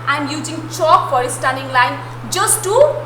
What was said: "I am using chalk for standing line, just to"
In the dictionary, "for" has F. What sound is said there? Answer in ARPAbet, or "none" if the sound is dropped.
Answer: P